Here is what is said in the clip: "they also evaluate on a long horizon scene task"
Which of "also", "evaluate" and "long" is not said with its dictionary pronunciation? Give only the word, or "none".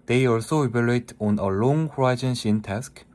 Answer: evaluate